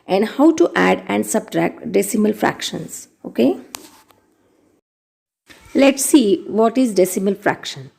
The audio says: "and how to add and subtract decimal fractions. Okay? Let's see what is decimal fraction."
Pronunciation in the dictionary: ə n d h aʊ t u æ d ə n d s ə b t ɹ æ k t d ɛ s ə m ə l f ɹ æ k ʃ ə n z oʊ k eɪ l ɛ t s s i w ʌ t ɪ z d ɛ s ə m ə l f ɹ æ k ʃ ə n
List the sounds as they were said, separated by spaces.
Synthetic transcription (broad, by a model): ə n d h aʊ t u æ d ə n d s ə b t ɹ æ k t d ɛ s ə m ə l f ɹ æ k ʃ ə n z oʊ k eɪ l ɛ t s s i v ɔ t ɪ z d ɛ s ə m ə l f ɹ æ k ʃ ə n